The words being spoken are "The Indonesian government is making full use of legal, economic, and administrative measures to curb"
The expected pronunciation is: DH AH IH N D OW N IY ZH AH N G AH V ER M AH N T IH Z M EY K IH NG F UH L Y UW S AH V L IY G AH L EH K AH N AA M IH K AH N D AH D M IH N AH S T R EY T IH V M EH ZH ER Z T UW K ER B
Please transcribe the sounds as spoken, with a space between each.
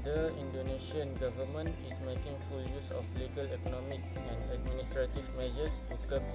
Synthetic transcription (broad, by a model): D AH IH N D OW N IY SH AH N G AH V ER M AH N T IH S M EY K IH NG F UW L Y UW S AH F L IY G AH L EH K AH N AA M IH K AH N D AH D M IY N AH S T R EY T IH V M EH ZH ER S T UW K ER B